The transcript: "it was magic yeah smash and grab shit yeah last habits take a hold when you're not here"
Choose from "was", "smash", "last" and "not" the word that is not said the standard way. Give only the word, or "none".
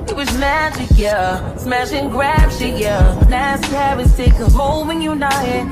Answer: last